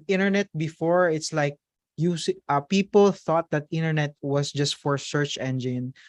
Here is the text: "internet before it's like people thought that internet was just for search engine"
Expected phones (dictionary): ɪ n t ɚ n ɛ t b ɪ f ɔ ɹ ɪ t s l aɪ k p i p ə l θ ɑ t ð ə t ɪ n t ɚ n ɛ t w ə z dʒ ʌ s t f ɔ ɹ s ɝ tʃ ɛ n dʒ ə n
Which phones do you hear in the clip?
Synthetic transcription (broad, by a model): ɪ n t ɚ n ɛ t b ɪ f ɔ ɹ ɪ t s l aɪ k p i p ə l θ ɑ t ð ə t ɪ n t ɚ n ɛ t w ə s dʒ ʌ s t f ɔ ɹ s ɝ tʃ ɛ n dʒ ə n